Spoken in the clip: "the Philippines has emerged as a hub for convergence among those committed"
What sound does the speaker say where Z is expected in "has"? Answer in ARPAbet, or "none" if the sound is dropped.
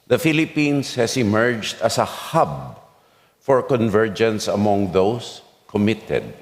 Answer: S